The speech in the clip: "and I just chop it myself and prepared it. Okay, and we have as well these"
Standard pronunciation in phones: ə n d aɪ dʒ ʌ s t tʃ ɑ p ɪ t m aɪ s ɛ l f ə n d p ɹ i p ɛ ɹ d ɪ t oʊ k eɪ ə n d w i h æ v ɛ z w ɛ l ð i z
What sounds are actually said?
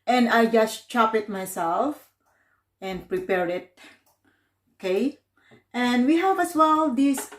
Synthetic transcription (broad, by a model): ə n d aɪ dʒ ʌ s t tʃ ɑ p ɪ t m aɪ s ɛ l f ə n d p ɹ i p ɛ ɹ ɪ t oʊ k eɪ ə n d w i h æ v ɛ s w ɛ l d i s